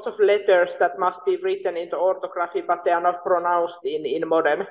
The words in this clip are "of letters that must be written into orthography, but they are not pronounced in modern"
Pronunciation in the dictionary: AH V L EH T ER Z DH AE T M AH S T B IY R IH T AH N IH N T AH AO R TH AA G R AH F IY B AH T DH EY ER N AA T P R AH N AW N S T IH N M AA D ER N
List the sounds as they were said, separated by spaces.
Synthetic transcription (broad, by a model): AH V L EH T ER S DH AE T M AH S T B IY R IH T AH N IH N T AH AO R T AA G R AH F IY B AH T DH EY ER N AA T P R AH N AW N S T IH N M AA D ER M